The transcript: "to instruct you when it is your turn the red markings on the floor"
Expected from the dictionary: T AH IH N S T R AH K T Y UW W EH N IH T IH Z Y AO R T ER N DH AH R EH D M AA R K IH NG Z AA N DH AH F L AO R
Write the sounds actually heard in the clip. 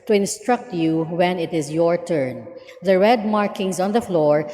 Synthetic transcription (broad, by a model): T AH IH N S T R AH K T Y UW W EH N IH T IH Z Y AO R T ER N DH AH R EH D M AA R K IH NG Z AA N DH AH F L AO R